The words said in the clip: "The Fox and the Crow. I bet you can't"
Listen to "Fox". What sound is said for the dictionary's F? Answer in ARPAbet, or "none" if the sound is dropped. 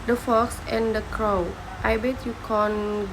F